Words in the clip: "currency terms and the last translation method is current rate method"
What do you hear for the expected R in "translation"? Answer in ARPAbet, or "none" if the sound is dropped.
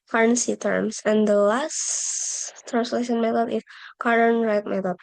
R